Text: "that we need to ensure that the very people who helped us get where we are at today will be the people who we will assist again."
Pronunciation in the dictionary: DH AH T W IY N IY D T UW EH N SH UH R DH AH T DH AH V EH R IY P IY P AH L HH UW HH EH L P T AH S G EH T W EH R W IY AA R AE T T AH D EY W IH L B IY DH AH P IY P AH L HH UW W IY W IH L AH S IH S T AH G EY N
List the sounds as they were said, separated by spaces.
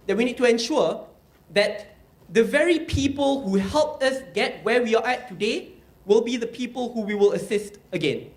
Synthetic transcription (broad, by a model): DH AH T W IY N IY D T UW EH N SH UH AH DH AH T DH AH V EH R IY P IY P AH L HH UW HH EH L P T AH S G EH T W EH W IY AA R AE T T AH D EY W IH L B IY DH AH P IY P AH L HH UW W IY W IH L AH S IH S T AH G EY N